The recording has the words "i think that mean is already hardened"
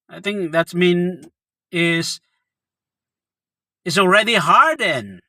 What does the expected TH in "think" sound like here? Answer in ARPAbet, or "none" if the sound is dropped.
TH